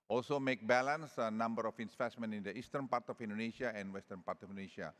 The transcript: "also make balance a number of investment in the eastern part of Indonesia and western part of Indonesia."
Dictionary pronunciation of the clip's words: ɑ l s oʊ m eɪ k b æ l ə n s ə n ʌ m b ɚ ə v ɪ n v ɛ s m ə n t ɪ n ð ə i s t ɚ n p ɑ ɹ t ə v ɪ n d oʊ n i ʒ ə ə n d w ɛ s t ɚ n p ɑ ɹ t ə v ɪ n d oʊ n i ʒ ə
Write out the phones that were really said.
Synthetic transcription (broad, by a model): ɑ l s oʊ m eɪ k b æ l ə n s ə n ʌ m b ɚ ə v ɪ n p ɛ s m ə n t ɪ n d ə i s t ɚ n p ɑ ɹ t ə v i n d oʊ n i ʃ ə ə n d w ɛ s t ɚ n p ɑ ɹ t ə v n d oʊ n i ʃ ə